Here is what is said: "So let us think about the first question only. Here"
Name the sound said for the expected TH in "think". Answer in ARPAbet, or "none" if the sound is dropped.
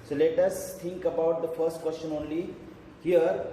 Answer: T